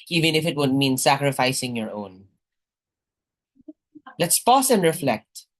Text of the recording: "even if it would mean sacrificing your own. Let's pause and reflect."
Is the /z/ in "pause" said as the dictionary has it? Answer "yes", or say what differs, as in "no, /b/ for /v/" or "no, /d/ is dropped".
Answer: no, /s/ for /z/